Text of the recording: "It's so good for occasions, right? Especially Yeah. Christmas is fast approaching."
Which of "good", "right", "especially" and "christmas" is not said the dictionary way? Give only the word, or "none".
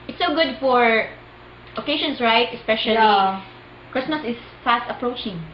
especially